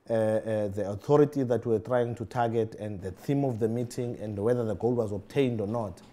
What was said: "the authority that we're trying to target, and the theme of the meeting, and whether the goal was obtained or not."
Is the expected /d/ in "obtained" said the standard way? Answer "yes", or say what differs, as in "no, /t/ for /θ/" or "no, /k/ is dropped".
yes